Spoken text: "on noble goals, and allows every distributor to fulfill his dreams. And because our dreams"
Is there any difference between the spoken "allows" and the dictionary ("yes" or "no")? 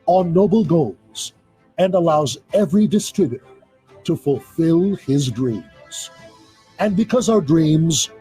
no